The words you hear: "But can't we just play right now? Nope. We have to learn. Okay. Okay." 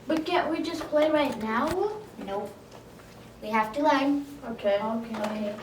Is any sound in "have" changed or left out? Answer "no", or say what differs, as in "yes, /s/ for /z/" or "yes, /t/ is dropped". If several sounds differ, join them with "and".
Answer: yes, /f/ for /v/